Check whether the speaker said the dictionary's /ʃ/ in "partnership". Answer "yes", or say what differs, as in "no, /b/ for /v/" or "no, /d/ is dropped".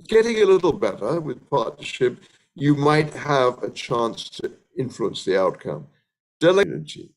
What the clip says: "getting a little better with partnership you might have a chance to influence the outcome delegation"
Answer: yes